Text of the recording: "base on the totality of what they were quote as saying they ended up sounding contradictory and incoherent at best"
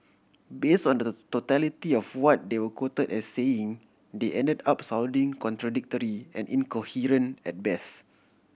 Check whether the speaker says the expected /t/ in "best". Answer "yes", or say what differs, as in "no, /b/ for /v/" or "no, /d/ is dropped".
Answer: no, /t/ is dropped